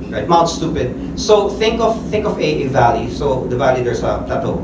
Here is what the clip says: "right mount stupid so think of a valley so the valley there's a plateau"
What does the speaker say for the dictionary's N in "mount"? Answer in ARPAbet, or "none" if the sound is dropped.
L